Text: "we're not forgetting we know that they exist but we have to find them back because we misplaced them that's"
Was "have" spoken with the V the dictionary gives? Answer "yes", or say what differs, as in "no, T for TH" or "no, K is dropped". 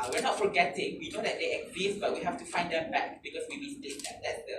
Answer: no, F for V